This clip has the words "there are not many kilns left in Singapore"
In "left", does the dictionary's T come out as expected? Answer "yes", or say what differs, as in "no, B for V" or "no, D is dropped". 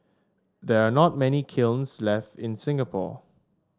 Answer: yes